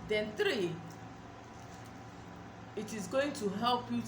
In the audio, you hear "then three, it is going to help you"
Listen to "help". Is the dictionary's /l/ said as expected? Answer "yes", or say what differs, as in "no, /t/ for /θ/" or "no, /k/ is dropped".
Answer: yes